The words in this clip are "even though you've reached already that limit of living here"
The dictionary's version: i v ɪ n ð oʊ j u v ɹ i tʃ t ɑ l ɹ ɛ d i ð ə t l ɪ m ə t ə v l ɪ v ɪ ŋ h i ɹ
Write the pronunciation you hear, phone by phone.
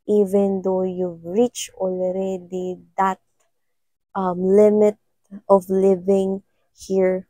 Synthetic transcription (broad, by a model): i v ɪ n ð oʊ j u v ɹ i tʃ ɑ l ɹ ɛ d i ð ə t l ɪ m ə t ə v l ɪ v ɪ ŋ h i ɹ